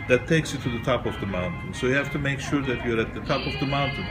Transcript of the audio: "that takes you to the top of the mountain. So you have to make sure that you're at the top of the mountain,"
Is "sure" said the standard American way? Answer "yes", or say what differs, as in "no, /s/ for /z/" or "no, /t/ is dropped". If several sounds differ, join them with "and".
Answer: yes